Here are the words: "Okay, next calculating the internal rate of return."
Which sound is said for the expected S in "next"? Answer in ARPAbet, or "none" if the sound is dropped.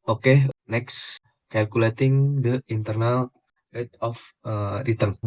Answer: S